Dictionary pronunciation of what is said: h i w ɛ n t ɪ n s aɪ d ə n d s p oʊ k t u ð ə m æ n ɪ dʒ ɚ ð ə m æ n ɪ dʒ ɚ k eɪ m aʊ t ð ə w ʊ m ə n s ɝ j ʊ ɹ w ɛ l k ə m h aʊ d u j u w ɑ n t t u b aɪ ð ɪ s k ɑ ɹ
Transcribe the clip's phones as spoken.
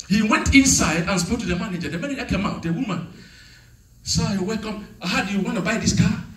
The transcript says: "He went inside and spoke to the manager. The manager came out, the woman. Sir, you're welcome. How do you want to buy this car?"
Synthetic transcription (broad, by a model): h i w ɛ n t ɪ n s aɪ d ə n s p oʊ k t u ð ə m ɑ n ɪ dʒ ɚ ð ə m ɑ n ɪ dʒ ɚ k eɪ m aʊ t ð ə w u m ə n s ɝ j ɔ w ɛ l k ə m h aʊ d u j u w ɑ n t t u b aɪ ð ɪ s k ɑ